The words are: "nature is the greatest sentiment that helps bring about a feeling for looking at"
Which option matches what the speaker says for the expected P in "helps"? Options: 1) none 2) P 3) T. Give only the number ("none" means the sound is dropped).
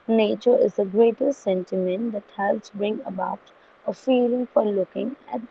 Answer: 1